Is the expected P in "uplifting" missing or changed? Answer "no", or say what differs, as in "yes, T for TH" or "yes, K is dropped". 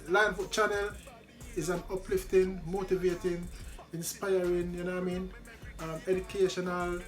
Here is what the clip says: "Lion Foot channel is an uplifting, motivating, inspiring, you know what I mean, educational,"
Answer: no